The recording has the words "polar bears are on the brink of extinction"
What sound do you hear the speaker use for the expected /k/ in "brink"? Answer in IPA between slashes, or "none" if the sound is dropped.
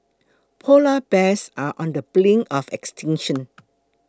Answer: none